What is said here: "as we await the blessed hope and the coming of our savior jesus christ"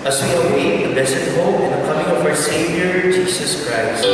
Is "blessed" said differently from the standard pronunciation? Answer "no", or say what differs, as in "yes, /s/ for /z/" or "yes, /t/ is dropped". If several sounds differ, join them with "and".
yes, /l/ is dropped